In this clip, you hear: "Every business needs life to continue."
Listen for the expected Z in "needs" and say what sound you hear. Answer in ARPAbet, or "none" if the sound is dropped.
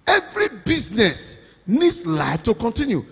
S